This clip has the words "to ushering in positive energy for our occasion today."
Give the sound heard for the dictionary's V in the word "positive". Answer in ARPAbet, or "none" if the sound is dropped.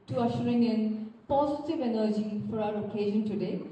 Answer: V